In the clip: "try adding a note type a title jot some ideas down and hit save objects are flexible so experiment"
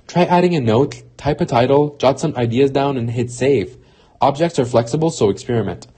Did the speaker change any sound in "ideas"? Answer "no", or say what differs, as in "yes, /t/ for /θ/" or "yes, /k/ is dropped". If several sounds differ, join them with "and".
no